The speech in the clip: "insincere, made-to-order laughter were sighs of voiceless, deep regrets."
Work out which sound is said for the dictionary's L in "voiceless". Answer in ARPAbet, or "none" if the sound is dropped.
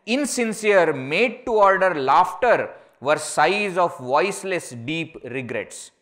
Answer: L